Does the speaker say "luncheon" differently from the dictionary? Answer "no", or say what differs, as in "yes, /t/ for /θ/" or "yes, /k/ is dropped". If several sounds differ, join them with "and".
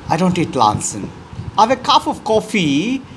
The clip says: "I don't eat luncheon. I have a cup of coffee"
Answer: yes, /s/ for /tʃ/